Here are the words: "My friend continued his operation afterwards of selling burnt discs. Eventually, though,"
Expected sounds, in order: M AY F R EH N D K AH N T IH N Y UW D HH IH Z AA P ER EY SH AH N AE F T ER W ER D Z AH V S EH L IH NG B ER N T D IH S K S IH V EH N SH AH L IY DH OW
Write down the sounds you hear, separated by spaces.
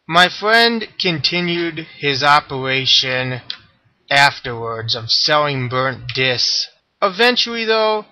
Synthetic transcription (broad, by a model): M AY F R EH N D K AH N T IH N Y UW D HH IH Z AA P ER EY SH AH N AE F T ER W ER D Z AH V S EH L IH NG B ER N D IH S S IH V EH N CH L IY DH OW